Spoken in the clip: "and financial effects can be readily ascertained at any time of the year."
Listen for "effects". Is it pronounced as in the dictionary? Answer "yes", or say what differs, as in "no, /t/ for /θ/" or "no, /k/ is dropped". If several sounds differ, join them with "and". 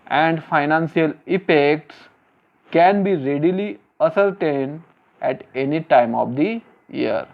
no, /p/ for /f/